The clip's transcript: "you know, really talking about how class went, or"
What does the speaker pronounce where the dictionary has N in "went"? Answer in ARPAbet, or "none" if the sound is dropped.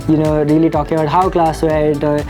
none